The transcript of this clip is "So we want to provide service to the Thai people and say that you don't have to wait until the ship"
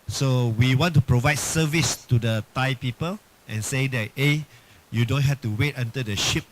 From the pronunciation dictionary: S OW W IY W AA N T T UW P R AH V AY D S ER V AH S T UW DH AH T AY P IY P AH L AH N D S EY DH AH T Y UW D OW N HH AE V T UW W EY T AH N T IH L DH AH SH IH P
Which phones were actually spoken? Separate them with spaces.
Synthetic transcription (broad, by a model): S OW W IY W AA N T T UW P R AH V AY D S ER V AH S T UW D AH T AY P IY P AH L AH N S EY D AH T Y UW D OW N HH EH F T UW W EY T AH N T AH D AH SH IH P